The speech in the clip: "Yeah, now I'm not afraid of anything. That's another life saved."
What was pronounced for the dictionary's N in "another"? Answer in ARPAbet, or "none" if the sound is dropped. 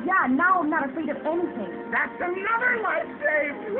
N